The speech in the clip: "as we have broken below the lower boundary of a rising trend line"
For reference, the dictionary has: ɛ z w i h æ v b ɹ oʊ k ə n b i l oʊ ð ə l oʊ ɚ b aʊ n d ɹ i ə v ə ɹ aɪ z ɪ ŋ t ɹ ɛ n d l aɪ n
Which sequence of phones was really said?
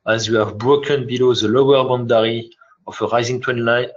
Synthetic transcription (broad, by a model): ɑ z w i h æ v b ɹ oʊ k ə n b i l oʊ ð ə l oʊ ɚ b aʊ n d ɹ i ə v ə ɹ aɪ z ɪ ŋ t w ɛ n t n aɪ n